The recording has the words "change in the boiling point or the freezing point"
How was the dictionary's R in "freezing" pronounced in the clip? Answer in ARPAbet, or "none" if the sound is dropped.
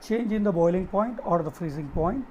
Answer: R